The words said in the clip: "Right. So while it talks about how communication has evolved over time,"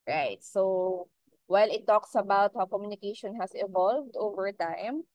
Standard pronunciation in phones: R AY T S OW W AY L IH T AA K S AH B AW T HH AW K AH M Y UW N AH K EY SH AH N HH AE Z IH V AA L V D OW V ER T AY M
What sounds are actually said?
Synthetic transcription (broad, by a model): R AY T S OW W AY L IH T AA K S AH B AW T HH AW K AH M Y UW N AH K EY SH AH N HH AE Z IH V AA L V D OW V ER T AY M